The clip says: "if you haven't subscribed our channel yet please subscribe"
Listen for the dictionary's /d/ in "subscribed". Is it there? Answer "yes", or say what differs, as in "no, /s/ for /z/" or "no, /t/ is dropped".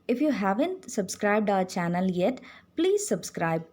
yes